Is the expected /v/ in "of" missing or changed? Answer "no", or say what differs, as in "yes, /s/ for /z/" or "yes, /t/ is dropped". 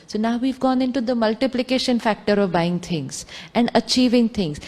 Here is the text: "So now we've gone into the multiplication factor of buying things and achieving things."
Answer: no